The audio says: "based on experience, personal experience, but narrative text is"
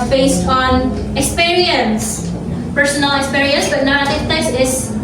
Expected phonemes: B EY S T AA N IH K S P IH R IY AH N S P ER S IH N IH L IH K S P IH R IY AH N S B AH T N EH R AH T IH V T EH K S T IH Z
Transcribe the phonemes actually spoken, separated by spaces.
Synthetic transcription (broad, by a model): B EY S T AA N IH K S P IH R IY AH N S P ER S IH N L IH K S P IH R IY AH N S B AH T N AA AH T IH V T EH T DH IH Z